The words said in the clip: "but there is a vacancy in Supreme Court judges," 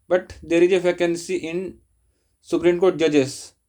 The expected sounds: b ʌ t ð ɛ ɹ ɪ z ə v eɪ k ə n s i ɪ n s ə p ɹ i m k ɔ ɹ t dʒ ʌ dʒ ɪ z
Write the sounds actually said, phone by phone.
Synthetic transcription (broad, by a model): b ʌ t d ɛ ɹ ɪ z ə f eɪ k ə n s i ɪ n s ə p ɹ i m k ɔ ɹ t dʒ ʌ dʒ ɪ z